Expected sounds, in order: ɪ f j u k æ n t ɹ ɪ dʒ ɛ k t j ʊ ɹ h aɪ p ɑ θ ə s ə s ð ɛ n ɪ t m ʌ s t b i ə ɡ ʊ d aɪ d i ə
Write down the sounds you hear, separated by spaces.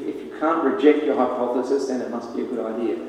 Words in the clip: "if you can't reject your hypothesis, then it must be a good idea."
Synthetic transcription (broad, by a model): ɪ f j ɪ k æ n t ɹ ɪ dʒ ɛ k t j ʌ ɹ h aɪ p ɑ θ ə s ə s ð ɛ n ɪ t m ʌ s t b i ə ɡ ʊ d aɪ d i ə